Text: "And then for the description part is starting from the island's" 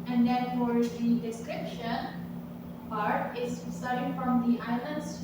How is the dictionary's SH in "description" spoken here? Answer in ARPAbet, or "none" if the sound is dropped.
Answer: SH